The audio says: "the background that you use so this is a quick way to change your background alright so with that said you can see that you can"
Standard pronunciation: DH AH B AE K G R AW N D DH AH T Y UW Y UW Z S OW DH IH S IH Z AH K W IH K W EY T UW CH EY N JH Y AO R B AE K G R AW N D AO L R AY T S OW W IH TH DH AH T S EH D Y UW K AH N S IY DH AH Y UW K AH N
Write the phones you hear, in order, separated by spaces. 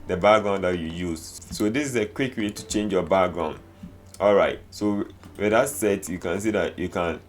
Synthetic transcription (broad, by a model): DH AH B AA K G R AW N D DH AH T Y UW Y UW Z S OW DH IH S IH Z AH K W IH K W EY T UW CH EY N JH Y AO B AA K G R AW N AO L R AY T S OW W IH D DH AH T S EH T Y UW K AH N S IY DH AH Y UW K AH N